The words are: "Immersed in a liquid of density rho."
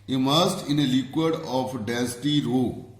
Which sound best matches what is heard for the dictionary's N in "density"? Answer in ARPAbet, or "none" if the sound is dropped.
none